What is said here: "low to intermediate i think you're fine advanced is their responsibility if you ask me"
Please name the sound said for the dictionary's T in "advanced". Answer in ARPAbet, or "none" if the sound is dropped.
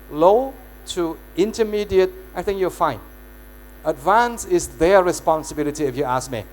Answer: none